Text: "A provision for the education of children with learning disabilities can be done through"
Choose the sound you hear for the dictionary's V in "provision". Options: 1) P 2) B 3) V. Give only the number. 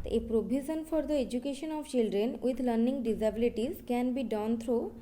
2